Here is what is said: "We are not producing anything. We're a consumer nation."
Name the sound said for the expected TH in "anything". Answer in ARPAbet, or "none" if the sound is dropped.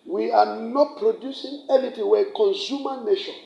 T